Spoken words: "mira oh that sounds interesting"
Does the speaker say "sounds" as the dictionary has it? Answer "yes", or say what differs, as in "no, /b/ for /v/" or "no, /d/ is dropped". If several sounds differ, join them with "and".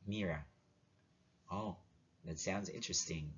yes